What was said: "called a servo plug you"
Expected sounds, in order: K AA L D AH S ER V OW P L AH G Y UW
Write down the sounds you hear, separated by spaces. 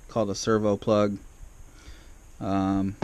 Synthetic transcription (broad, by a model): K AA L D AH S ER V OW P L AH G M